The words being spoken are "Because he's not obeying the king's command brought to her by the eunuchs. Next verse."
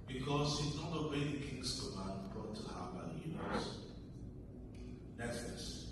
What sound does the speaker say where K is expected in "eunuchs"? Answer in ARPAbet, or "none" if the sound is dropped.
none